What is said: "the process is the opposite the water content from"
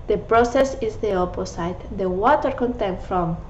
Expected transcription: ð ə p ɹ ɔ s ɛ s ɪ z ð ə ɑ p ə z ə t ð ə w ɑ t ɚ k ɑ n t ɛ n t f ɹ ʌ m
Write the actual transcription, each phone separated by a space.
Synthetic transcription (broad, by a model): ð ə p ɹ ɔ s ɛ s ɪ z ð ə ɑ p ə s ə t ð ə w ɑ t ɚ k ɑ n t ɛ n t f ɹ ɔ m